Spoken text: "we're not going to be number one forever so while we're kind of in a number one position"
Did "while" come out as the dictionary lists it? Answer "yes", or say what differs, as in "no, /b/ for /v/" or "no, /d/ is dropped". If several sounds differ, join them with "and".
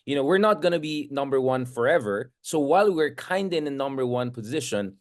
yes